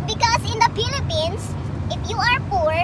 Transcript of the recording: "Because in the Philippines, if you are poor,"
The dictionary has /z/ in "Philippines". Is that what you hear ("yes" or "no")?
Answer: no